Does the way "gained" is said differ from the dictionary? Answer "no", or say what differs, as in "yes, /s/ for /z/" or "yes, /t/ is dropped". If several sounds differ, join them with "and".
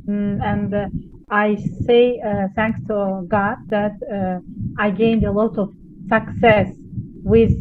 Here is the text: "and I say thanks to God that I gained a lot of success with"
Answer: no